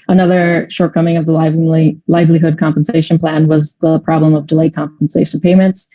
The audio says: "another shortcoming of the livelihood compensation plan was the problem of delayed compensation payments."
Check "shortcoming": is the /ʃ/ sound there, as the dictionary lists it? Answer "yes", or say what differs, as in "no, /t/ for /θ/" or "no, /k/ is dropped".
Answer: yes